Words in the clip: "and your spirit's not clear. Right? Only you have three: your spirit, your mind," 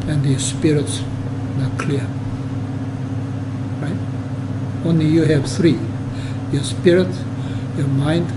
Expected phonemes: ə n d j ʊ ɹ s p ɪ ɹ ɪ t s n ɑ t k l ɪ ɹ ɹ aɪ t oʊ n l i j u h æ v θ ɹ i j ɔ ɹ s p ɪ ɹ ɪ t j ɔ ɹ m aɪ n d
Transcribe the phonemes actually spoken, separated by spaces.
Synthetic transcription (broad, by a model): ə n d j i s p ɪ ɹ ɪ t s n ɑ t k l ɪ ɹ ɹ aɪ t oʊ n l i j u h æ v θ ɹ i j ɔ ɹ s p ɪ ɹ ɪ t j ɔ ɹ m aɪ n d